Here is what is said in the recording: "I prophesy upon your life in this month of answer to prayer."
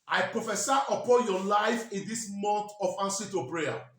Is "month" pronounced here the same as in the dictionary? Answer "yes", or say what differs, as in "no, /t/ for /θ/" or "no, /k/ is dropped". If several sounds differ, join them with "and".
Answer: no, /t/ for /θ/